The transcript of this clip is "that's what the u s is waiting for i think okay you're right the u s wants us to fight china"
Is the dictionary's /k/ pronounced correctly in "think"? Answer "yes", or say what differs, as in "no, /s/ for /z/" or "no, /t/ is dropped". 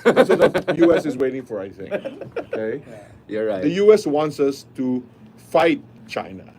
no, /k/ is dropped